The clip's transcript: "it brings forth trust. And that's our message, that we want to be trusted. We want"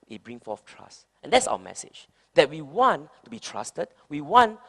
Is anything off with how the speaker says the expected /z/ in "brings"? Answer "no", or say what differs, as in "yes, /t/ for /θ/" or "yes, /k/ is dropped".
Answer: yes, /z/ is dropped